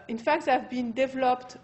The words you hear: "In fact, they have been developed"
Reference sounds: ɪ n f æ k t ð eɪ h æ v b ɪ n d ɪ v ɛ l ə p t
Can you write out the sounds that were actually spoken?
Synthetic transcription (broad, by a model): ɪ n f æ k t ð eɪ v b ɪ n d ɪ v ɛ l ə p t